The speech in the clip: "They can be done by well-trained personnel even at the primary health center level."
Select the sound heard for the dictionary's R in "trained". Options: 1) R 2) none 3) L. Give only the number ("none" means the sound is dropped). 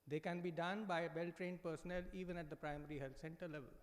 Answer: 1